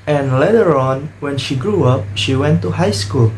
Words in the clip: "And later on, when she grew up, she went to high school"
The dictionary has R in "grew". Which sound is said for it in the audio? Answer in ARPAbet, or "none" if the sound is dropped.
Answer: R